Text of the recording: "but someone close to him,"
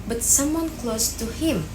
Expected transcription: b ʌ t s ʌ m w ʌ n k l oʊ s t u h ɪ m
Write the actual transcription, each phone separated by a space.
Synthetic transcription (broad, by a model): b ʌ t s ʌ m w ʌ n k l oʊ s t u h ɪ m